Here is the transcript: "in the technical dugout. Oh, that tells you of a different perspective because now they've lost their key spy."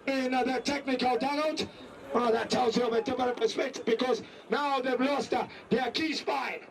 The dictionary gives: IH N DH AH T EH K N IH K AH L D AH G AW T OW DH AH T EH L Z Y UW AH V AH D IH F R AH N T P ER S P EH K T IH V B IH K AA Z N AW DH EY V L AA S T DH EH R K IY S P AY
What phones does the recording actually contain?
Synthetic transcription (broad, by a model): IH N DH AH T EH K N IH K AH L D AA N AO OW DH AH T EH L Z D AH V AH D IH F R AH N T P ER S P EH K T IH V B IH K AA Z N AW DH EY V L AA S T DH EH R K IY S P AY